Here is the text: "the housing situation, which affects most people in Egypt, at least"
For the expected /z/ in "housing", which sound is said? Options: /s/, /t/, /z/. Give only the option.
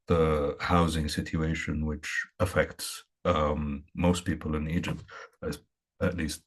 /z/